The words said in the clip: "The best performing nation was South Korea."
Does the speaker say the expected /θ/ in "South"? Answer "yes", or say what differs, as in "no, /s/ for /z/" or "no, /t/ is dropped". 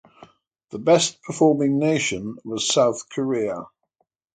yes